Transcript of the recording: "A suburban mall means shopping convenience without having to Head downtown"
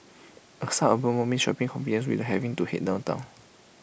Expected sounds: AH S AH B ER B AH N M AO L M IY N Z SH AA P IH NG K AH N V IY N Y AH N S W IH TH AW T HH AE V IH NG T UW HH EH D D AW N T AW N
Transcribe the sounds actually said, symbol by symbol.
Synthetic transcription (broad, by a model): AH S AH ER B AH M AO M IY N SH AA P IH NG K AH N F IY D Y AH N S W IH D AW HH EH V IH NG T UW HH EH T D AW N T AW N